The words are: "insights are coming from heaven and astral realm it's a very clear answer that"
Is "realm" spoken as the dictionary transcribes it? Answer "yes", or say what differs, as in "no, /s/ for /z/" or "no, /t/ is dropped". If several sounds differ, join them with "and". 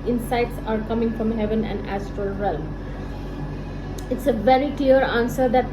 no, /m/ is dropped